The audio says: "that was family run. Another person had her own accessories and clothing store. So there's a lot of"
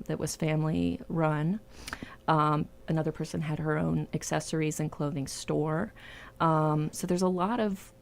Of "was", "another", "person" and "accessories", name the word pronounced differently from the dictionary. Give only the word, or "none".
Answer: none